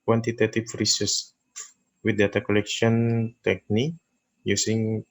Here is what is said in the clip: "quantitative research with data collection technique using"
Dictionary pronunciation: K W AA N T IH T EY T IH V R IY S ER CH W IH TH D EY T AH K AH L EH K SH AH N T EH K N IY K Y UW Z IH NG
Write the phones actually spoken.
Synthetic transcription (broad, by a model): K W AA N T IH T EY T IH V R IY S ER S W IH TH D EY T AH K AH L EH K SH AH N T EH K N IY K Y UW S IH NG